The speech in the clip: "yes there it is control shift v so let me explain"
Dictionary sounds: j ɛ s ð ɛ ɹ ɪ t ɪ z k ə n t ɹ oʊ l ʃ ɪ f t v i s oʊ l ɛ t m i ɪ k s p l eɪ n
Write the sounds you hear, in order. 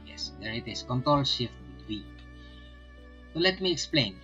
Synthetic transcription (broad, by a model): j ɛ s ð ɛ ɹ ɪ t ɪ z k ə n t ɹ oʊ l ʃ ɪ f t w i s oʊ l ɛ t m i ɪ k s p l eɪ n